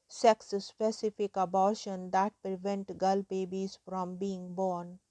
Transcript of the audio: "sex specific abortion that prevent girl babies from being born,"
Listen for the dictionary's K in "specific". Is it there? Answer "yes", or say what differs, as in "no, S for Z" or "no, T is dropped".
yes